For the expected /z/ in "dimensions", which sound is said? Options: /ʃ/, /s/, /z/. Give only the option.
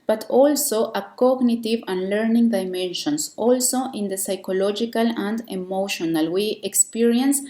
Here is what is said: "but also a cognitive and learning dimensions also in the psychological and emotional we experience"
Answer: /s/